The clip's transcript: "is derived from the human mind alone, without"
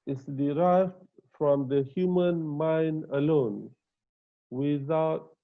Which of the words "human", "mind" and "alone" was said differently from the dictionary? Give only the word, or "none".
none